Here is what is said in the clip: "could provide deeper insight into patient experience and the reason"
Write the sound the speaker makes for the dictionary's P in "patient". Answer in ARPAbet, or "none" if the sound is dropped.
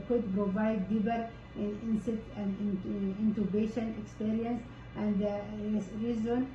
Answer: B